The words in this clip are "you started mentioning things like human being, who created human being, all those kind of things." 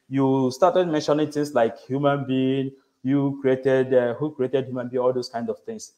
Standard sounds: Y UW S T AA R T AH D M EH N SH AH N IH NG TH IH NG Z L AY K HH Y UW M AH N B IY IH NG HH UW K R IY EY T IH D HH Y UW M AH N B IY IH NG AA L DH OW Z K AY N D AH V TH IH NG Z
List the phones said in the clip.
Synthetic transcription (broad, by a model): Y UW S T AA T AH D M EH N SH AH N IH NG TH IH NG S L AY K HH Y UW M AH N B IY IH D HH UW K R IY EY T IH D HH Y UW M AH N B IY AA L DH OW S K AY N D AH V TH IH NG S